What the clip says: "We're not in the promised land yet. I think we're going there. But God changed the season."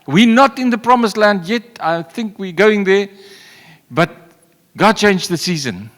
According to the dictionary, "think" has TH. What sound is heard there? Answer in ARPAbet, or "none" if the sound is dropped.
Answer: TH